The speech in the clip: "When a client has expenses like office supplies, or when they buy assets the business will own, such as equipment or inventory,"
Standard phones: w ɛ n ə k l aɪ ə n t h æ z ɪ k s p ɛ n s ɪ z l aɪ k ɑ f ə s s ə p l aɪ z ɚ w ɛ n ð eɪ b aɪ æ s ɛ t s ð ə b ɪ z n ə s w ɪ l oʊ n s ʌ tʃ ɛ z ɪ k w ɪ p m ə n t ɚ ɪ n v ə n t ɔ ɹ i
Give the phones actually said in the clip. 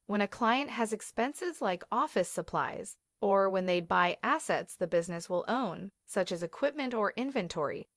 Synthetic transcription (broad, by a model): w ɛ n ə k l aɪ ə n t h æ z ɪ k s p ɛ n s ɪ z l aɪ k ɑ f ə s s ə p l aɪ z ɚ w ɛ n ð eɪ b aɪ æ s ɛ t s ð ə b ɪ z n ə s w ɪ l oʊ n s ʌ tʃ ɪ z ɪ k w ɪ p m ə n t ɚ ɪ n v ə n t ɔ ɹ i